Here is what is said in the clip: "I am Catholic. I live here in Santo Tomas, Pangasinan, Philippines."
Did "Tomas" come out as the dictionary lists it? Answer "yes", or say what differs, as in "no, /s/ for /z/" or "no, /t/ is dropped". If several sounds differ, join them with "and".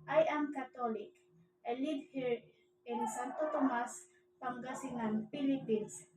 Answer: yes